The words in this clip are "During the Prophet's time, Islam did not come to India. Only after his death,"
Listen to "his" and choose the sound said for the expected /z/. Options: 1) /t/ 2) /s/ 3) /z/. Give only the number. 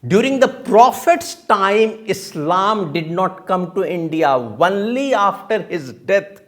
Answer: 3